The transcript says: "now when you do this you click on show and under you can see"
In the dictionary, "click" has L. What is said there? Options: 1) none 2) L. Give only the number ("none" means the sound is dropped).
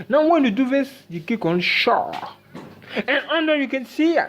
1